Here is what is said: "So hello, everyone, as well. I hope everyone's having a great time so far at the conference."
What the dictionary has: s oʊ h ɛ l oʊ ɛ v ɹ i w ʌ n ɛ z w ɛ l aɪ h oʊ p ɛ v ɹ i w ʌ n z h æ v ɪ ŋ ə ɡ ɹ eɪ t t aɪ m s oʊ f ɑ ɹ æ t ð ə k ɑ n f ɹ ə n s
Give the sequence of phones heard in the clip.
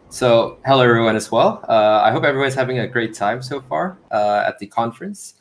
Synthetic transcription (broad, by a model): s oʊ h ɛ l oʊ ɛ ɹ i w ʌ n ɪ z w ɛ l aɪ h oʊ p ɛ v ɹ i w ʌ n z h æ v ɪ ŋ ə ɡ ɹ eɪ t t aɪ m s oʊ f ɑ ɹ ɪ t ð ə k ɑ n f ɹ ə n s